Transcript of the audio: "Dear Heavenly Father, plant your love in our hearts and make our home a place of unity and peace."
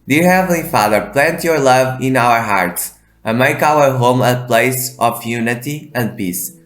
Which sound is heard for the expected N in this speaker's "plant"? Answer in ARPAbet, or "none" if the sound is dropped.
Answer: N